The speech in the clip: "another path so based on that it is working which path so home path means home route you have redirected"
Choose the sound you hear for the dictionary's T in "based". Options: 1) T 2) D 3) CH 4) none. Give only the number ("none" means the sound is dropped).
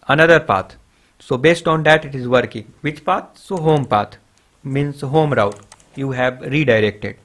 1